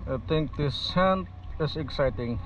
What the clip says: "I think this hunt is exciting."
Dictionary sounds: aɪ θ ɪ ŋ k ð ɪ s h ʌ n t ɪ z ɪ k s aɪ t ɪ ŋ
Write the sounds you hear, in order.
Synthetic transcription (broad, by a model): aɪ t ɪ ŋ k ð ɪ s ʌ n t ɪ s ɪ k s aɪ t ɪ ŋ